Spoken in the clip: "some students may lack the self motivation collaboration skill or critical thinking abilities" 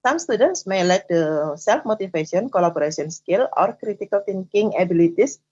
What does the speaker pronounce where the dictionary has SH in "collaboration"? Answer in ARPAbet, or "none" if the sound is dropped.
S